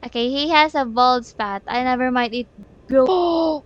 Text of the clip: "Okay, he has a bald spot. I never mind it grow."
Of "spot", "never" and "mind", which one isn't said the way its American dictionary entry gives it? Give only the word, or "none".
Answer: mind